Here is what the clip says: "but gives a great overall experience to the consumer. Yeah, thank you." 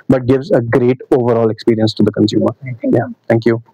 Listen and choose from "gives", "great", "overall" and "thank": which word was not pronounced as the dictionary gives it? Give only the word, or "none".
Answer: thank